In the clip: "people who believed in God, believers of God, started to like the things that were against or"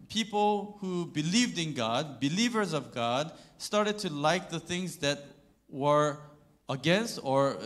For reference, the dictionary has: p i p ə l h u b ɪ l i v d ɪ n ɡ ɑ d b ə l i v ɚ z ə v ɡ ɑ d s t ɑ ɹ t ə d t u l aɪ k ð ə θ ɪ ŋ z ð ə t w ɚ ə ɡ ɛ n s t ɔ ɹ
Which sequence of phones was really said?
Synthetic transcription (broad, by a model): p i p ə l h u b ɪ l i v d ɪ n ɡ ɑ d b ə l i v ɚ z ə v ɡ ɑ d s t ɑ ɹ t ə d t u l aɪ k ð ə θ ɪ ŋ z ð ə t w ɚ ə ɡ ɛ n s t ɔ ɹ